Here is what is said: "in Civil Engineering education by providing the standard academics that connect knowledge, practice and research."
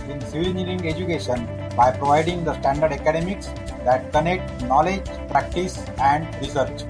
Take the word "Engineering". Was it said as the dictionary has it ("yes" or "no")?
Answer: no